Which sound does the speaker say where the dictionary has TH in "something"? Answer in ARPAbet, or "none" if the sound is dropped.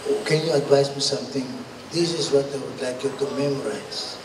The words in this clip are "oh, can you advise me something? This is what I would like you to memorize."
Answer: T